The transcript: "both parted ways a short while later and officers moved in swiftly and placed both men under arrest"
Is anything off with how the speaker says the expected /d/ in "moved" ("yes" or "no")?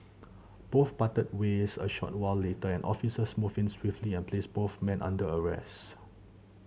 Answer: yes